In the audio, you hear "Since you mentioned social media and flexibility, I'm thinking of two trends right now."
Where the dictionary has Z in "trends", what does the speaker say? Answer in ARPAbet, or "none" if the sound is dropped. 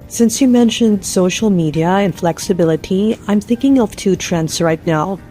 S